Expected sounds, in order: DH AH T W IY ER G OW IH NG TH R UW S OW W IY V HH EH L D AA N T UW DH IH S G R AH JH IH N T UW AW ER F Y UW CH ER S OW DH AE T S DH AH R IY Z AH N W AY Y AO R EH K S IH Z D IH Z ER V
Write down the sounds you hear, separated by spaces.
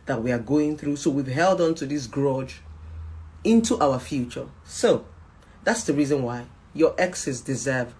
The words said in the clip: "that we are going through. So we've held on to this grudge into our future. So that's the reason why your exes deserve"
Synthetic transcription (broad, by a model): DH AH T W IY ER G OW IH NG TH R UW S OW W IY V HH EH L D AA N T UW DH IH S G R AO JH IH N T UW AW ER F Y UW CH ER S OW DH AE T S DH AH R IY Z AH N W AY Y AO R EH K S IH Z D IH Z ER V